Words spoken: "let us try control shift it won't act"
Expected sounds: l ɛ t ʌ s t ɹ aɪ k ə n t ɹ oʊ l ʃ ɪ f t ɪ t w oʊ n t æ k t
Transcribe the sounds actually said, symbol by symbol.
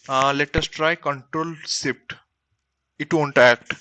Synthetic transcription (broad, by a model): l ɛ t ʌ s t ɹ aɪ k ə n t ɹ oʊ l s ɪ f t ɪ t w oʊ n t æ k t